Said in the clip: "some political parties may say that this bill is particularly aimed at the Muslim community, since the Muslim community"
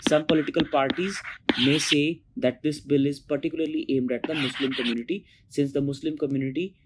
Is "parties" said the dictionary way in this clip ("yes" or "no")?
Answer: yes